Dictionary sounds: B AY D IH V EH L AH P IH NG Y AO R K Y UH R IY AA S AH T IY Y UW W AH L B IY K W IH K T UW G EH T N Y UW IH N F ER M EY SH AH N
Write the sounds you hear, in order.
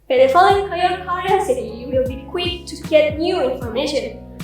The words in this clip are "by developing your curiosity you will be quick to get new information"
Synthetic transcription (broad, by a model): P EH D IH F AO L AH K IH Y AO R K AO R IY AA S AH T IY W AH L B IY K W IH K T UW G EH T N Y UW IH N F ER M EY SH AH N